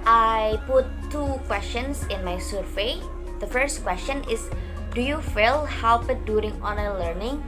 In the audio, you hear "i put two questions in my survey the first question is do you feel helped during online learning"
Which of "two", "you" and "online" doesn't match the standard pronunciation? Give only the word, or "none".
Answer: online